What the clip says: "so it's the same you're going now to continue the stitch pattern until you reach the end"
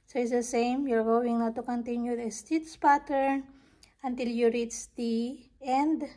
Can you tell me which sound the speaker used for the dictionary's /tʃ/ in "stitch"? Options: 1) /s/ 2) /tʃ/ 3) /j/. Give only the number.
1